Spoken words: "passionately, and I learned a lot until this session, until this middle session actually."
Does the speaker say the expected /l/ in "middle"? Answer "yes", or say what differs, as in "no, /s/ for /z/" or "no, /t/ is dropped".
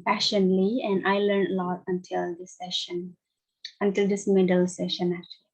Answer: yes